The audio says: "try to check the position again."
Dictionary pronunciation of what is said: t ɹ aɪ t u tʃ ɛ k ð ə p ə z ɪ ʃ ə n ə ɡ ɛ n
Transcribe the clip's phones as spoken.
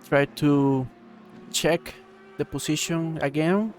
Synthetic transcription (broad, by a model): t ɹ aɪ t u tʃ ɛ k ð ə p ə s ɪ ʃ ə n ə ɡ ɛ n